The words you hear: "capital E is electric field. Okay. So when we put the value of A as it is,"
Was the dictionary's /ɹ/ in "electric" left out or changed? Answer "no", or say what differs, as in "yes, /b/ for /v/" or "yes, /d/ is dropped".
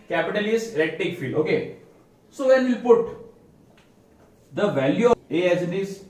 yes, /ɹ/ is dropped